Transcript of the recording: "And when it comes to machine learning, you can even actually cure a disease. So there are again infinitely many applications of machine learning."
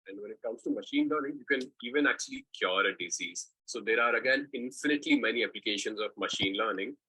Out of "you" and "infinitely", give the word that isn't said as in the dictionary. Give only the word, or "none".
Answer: none